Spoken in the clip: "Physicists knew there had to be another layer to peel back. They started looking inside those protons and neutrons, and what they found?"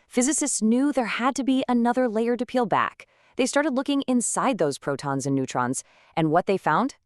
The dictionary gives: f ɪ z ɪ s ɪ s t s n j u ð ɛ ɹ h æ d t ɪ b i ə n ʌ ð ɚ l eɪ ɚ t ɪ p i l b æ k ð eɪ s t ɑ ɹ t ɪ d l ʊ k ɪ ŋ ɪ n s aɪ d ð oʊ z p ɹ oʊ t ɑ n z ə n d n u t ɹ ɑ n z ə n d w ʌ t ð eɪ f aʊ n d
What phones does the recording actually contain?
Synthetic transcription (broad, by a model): f ɪ z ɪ s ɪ s t s n j u ð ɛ ɹ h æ d t ɪ b i ə n ʌ ð ɚ l eɪ ɚ t ɪ p i l b æ k ð eɪ s t ɑ ɹ t ɪ d l ʊ k ɪ ŋ ɪ n s aɪ d ð oʊ z p ɹ oʊ t ɑ n z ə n n u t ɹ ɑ n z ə n w ʌ t ð eɪ f aʊ n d